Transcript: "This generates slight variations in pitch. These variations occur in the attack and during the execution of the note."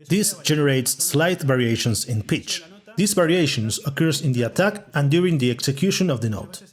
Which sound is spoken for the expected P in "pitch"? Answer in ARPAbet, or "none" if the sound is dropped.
P